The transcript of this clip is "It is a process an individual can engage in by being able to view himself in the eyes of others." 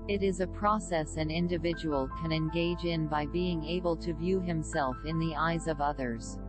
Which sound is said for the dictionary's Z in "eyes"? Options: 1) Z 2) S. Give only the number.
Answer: 1